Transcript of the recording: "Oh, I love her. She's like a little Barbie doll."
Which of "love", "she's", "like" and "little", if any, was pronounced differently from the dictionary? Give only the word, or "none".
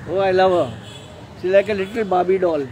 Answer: she's